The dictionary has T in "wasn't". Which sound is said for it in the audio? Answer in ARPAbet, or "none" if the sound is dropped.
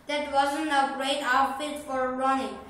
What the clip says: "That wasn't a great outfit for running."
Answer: none